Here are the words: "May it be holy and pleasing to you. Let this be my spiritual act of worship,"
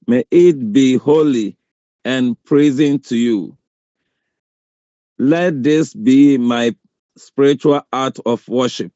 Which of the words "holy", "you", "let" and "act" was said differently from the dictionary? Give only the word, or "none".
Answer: act